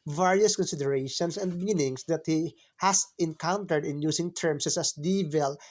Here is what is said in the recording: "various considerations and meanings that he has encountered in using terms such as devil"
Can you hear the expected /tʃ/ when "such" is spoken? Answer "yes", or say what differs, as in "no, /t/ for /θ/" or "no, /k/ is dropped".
no, /s/ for /tʃ/